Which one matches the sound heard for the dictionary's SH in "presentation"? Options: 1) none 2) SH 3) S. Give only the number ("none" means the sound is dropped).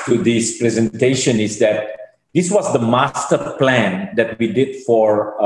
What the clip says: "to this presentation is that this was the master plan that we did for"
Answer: 2